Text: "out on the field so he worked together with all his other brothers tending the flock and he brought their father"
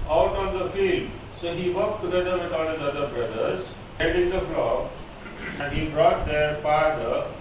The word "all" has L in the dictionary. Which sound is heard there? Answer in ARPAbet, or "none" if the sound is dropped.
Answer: N